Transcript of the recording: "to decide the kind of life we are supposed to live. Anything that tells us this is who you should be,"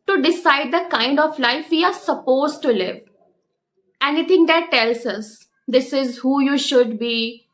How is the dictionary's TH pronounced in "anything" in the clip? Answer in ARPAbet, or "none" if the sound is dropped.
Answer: T